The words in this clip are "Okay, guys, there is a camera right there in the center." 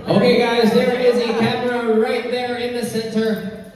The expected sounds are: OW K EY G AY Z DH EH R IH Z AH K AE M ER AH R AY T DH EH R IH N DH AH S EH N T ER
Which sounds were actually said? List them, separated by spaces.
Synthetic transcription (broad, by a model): OW K EY G AY Z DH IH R IH Z AH K AE M ER AH R AY T DH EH R IH N DH AH S EH N T ER